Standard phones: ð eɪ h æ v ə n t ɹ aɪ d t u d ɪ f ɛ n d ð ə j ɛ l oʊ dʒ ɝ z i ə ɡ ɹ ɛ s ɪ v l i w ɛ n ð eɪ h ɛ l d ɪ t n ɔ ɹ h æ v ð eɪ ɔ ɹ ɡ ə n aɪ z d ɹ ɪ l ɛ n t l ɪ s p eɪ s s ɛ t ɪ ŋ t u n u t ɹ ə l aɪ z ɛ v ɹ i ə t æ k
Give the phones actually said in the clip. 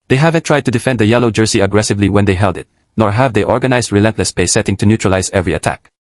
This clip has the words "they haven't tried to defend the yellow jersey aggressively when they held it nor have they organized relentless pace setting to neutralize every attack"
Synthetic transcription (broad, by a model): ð eɪ h æ v ə n t ɹ aɪ d t u d ɪ f ɛ n d ð ə j ɛ l oʊ dʒ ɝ s i ə ɡ ɹ ɛ s ɪ v l i w ɛ n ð eɪ h ɛ l d ɪ t n ɔ ɹ h æ v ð eɪ ɔ ɹ ɡ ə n aɪ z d ɹ ɪ l ɛ n t l ɪ s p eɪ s s ɛ t ɪ ŋ t u n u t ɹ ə l aɪ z ɛ v ɹ i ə t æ k